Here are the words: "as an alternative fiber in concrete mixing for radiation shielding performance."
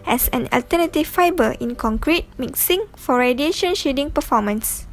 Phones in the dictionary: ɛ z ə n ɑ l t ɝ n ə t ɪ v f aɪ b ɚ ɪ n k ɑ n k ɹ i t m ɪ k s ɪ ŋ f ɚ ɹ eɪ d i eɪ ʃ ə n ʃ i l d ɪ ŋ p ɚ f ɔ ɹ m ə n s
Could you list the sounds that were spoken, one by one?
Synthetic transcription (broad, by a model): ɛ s ə n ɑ l t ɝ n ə t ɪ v f aɪ b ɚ ɪ n k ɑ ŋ k ɹ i t m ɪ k s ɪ ŋ f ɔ ɹ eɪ d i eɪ ʃ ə n ʃ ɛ d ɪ ŋ p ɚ f ɔ m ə n s